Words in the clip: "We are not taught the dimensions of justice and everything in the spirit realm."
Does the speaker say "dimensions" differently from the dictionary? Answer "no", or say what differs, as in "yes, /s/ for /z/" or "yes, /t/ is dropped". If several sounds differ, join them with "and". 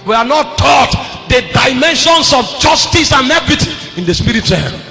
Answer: yes, /s/ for /z/